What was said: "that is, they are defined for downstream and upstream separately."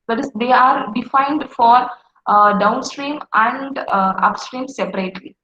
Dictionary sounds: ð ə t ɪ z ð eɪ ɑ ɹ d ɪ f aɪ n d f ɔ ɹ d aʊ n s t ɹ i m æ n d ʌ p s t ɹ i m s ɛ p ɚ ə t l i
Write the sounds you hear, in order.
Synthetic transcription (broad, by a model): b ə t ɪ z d eɪ ɑ ɹ d ɪ f aɪ n d f ɔ ɹ d aʊ n s t ɹ i m æ n d ʌ p s t ɹ i m s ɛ p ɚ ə t l i